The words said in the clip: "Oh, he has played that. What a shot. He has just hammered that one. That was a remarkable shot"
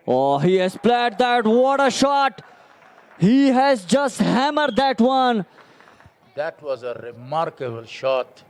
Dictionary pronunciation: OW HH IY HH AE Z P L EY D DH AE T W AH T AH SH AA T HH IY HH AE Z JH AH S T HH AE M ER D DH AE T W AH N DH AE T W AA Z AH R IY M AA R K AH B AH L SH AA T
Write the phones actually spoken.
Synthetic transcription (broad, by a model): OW HH IY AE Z P L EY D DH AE T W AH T AH SH AA T HH IY HH AE Z JH AH S T HH AE M ER D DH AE T W AH N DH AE T W AA Z AH R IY M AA R K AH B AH L SH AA T